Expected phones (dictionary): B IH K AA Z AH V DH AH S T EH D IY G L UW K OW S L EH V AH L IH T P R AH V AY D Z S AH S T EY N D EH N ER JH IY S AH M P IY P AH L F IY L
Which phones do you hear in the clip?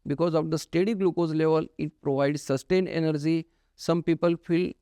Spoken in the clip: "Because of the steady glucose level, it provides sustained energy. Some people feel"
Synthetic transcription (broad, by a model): B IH K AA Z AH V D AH S T EH D IY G L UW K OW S L EH V AH L IH T P R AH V AY D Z S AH S T EY N EH N ER JH IY S AH M P IY P AH L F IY L